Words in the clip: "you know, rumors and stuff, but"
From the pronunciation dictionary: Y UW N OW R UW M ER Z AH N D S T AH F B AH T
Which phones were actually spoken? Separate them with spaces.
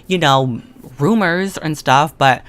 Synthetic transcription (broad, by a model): Y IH N OW R UW M ER Z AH N S T AH F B AH T